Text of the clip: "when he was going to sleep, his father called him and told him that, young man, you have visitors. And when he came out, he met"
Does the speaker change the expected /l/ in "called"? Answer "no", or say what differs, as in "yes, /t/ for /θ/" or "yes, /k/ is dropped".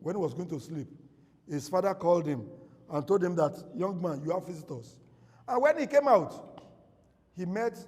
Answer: no